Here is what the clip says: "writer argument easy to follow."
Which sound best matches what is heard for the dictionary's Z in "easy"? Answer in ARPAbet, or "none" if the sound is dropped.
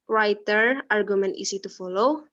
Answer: S